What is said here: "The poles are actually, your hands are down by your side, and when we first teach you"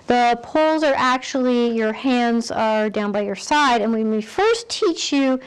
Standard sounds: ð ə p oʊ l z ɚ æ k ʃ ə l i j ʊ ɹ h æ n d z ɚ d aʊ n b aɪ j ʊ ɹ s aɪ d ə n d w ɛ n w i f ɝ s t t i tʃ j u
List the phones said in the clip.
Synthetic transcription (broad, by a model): ð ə p oʊ l z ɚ æ k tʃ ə l i j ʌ ɹ h æ n d z ɚ d aʊ n b aɪ j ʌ ɹ s aɪ d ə n w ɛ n w i f ɝ s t t i tʃ j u